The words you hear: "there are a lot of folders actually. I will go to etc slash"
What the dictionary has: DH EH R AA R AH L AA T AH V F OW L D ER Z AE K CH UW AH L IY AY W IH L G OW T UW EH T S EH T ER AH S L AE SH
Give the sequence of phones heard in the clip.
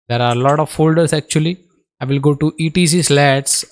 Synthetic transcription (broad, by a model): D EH R AA R AH L AA T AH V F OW L D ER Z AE K CH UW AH L IY AY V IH L G OW T UW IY T IY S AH S L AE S